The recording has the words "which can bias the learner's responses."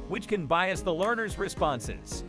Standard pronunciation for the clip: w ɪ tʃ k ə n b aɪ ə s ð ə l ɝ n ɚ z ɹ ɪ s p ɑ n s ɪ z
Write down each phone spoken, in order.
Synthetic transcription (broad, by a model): w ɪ tʃ k ə n b aɪ ə s ð ə l ɝ n ɚ z ɹ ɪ s p ɑ n s ɪ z